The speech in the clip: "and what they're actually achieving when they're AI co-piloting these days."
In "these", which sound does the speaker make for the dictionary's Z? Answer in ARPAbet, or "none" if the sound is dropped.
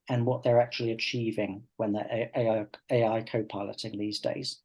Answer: Z